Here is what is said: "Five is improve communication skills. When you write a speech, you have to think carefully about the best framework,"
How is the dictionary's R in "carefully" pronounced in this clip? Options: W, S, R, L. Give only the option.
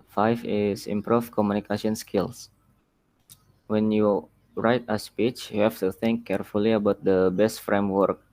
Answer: R